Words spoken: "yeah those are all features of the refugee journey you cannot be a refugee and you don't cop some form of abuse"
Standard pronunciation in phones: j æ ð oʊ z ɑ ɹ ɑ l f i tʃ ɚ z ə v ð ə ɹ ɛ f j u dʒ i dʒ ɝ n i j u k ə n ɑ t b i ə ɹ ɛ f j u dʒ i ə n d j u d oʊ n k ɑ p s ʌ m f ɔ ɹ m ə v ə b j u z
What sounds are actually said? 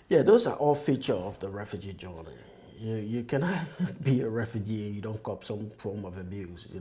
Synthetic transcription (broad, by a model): j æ ð oʊ z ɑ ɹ ɑ l f i tʃ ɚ ə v ð ə ɹ ɛ f j u dʒ i dʒ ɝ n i j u k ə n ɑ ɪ b i ə ɹ ɛ f j u dʒ i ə n j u d oʊ n k ɑ p s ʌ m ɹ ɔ l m ə v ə b j u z